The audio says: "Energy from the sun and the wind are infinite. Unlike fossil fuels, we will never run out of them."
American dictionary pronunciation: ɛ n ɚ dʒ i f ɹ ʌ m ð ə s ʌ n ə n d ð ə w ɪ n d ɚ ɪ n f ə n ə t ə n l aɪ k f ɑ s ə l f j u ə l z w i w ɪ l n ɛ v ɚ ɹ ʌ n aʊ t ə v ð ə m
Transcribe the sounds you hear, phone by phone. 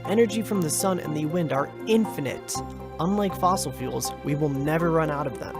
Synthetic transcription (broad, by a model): ɛ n ɚ dʒ i f ɹ ʌ m ð ə s ʌ n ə n ð ə w ɪ n d ɚ ɪ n f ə n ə t ə n l aɪ k f ɑ s l f j u l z w i w ɪ l n ɛ v ɚ ɹ ʌ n aʊ t ə v ð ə m